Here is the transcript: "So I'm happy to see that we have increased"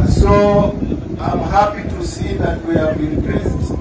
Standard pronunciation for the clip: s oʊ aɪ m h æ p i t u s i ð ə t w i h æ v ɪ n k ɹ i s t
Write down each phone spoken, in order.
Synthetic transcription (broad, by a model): s oʊ aɪ m h æ p i t u s i ð ə t w i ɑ b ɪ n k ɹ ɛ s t